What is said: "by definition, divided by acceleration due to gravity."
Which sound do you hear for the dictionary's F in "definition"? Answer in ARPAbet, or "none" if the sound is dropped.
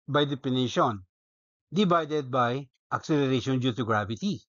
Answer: P